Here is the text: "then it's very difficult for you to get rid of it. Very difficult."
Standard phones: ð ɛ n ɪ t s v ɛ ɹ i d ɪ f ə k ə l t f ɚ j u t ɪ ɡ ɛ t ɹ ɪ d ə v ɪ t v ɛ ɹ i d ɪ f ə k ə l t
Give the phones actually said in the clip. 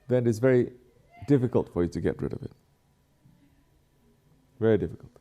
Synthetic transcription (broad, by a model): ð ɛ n ɪ t s v ɛ ɹ i d ɪ f ə k ə l t f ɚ j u t ɪ ɡ ɛ t ɹ ɪ d ə v ɪ t v ɛ ɹ i d ɪ f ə k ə l t